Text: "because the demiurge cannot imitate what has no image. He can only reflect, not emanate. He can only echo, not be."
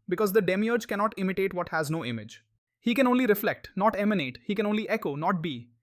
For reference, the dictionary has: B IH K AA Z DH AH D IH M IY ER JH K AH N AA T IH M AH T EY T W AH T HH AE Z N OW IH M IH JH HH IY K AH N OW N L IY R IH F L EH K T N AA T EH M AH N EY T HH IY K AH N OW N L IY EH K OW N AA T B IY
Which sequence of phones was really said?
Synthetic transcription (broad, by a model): B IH K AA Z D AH D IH M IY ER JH K AH N AA T IH M AH T EY T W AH T HH AE Z N OW IH M IH JH HH IY K AH N OW N L IY R IH F L EH K T N AA T EH M AH N EY T HH IY K AH N OW N L IY EH K OW N AA T B IY